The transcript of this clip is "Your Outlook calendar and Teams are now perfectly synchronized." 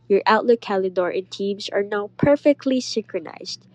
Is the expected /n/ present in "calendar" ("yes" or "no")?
no